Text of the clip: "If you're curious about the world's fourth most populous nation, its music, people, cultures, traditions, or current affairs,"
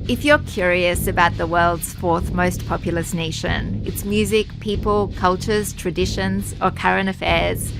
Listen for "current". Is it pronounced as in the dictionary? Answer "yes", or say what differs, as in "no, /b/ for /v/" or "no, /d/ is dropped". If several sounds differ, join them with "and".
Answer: no, /t/ is dropped